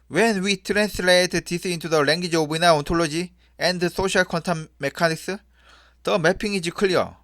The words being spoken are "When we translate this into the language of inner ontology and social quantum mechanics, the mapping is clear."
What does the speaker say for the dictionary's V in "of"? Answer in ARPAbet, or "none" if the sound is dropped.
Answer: B